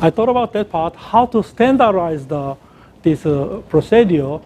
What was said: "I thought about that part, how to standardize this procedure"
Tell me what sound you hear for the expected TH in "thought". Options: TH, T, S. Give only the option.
T